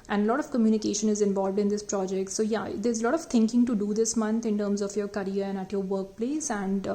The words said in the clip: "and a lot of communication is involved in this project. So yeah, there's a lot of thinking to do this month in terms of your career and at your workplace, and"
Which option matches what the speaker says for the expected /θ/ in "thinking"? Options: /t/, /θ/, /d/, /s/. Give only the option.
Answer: /t/